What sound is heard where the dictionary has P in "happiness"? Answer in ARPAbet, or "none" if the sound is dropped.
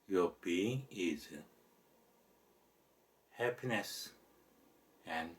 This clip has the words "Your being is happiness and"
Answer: P